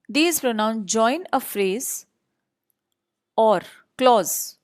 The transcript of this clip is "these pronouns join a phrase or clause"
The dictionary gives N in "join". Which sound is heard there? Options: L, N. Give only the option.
N